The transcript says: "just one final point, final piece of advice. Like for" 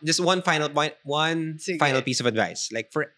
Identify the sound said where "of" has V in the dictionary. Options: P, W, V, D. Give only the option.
V